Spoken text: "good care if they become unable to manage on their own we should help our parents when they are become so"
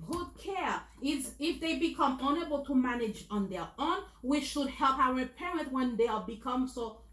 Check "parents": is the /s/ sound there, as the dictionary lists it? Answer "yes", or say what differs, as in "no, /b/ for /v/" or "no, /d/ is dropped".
no, /s/ is dropped